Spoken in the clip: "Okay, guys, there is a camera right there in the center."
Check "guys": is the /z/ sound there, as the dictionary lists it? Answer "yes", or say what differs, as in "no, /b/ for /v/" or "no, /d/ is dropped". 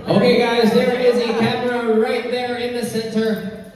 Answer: yes